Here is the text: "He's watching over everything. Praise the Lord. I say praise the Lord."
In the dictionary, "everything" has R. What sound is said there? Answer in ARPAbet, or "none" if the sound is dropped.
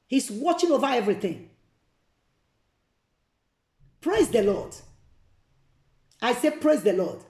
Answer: R